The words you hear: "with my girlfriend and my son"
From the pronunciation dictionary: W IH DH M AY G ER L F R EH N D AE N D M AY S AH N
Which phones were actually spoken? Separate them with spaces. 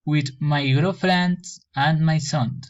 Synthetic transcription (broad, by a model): W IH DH M AY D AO F R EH N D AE N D M AY S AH N